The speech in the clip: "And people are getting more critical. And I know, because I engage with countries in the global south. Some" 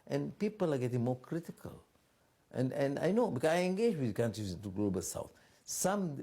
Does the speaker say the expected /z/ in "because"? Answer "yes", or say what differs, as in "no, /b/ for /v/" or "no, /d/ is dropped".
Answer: no, /z/ is dropped